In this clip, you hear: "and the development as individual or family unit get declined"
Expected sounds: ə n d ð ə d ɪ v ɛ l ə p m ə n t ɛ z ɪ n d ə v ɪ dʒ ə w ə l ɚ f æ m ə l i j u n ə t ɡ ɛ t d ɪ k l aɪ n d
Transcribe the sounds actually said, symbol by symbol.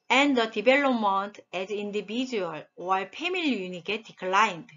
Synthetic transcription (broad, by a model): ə n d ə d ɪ b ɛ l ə m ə n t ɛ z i n d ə b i dʒ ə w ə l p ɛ m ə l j u n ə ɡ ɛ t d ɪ k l aɪ n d